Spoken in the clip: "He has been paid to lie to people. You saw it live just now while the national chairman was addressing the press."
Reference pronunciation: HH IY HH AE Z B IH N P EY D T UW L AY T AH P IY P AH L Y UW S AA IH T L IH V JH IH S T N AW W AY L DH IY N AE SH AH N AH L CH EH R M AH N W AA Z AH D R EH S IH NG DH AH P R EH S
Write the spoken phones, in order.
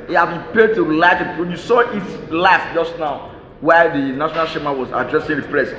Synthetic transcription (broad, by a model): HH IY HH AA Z B IH N P EY D T UW L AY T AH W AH N Y UW S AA IH T L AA F JH IH S T N AW W AY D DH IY N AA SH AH N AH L SH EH M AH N W AA Z AH D R EH S IH NG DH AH P R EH S